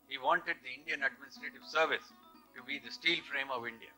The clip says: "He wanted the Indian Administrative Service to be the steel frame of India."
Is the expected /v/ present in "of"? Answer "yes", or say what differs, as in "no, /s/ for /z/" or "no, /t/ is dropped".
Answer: yes